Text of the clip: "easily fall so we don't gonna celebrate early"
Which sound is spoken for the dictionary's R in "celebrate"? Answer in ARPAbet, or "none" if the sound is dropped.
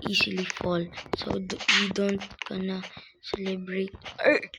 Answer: R